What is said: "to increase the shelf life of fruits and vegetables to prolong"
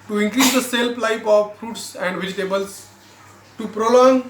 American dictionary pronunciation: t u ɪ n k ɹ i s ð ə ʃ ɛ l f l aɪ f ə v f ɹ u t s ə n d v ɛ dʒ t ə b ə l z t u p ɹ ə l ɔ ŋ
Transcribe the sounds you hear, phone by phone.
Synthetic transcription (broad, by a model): t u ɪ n k ɹ i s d ə s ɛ l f l aɪ p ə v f ɹ u t s ə n d v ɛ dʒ t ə b ə l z t u p ɹ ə l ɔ ŋ